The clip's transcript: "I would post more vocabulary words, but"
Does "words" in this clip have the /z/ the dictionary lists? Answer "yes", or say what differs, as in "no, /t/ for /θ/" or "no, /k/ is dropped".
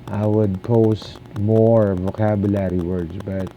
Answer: no, /s/ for /z/